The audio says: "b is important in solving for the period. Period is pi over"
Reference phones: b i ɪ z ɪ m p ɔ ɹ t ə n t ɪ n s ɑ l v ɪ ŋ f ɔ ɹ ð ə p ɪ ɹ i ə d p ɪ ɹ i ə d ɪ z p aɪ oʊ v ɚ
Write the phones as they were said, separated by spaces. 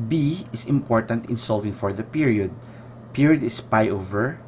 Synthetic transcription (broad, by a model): b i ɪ s ɪ m p ɔ ɹ t ə n t ɪ n s ɑ l v ɪ ŋ f ɔ ɹ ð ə p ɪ ɹ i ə d p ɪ ɹ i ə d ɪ s p aɪ oʊ v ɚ